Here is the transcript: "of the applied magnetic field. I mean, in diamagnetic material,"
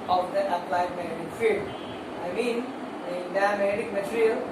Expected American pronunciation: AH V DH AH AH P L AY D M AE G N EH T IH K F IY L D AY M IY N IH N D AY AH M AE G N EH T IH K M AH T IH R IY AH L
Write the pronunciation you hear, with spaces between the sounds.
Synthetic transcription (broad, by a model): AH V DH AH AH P L AY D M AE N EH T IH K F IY D AY M IY N IH N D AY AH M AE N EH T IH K M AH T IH R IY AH L